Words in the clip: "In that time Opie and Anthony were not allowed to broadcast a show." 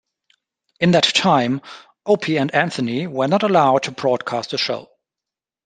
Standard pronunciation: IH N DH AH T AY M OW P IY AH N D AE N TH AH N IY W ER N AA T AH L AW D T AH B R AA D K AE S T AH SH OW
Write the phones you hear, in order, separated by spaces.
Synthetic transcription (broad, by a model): IH N DH AH T AY M OW P IY AH N D AE N TH AH N IY W ER N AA T AH L AW D T AH B R AA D K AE S T AH SH OW